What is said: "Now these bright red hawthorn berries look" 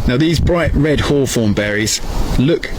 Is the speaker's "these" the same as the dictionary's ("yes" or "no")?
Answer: yes